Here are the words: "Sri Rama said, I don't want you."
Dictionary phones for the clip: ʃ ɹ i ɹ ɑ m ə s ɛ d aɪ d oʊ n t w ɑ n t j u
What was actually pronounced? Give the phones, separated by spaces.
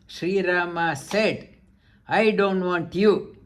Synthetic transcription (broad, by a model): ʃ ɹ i ɹ ɑ m ə s ɛ d aɪ d oʊ n t w ɑ n t j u